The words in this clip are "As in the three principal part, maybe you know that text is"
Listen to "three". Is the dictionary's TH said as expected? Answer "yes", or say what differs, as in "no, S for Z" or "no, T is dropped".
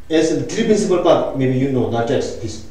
no, T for TH